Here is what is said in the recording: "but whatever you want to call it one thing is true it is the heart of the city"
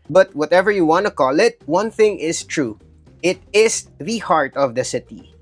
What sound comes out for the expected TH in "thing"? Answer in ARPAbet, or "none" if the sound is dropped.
TH